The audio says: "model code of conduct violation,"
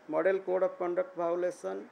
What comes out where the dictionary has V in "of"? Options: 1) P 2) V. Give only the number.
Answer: 1